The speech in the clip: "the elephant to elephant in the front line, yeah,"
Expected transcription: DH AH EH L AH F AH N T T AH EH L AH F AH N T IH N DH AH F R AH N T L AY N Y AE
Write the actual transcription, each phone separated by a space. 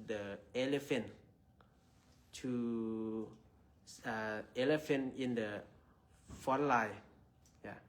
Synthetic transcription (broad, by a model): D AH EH L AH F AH N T S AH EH L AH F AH N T IH N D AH F AO T L AY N Y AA